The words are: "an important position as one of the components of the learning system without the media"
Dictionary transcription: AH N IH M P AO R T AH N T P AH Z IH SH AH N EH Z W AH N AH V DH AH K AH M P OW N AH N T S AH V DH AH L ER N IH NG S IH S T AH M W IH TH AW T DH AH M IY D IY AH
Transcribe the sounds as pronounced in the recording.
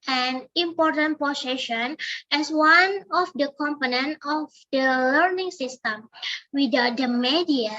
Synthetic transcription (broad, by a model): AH N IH M P AO R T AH N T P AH S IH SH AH N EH S W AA N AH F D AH K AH M P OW N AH N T AH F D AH L ER N IH NG S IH S T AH M W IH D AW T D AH M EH D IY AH